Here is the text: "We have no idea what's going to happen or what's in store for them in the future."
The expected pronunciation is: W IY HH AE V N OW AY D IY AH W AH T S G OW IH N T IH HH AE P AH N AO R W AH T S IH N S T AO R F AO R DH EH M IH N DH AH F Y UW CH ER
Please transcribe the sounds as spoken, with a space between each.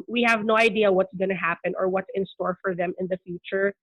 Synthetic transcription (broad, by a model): W IY HH AE V N OW AY D IY AH W AH T S G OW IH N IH HH AE P AH N AO R W AH T S IH N S T AO R F AO R DH EH M IH N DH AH F Y UW CH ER